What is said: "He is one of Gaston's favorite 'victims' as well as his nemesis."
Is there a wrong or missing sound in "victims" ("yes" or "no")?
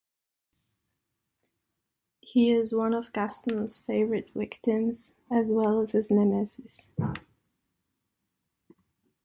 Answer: yes